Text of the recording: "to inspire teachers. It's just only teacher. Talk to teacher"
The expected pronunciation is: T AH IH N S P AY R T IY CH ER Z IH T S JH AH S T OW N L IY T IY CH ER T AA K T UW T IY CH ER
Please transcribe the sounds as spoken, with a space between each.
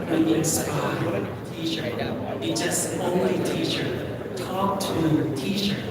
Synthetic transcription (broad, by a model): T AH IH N S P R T IY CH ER IH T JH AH S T OW N L IY T IY CH ER T AA K T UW T IY CH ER